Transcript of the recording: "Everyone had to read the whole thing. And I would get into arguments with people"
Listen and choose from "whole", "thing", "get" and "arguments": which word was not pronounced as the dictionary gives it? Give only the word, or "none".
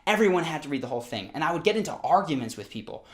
none